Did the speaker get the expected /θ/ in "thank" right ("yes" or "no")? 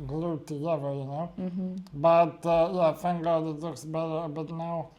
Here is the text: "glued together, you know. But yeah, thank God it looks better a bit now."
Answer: no